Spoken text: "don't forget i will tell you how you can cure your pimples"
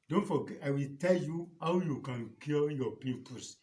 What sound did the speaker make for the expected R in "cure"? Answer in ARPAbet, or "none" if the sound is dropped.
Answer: L